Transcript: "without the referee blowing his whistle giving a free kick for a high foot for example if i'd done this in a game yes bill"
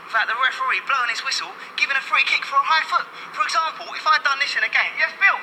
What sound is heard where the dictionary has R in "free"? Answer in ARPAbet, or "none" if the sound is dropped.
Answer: R